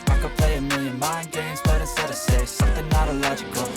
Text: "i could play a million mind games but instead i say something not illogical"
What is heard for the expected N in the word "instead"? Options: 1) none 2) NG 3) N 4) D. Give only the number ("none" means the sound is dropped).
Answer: 1